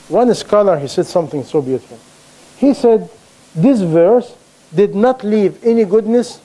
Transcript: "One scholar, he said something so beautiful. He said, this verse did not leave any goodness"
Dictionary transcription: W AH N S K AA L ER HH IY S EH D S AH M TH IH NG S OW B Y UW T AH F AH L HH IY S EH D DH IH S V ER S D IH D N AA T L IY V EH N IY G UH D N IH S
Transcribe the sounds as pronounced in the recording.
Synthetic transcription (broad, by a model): W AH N S K AA L ER HH IY S EH D S AH M TH IH NG S OW B Y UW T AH F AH L HH IY S EH D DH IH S V ER S D IH D N AA T L IY V EH N IY G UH D N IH S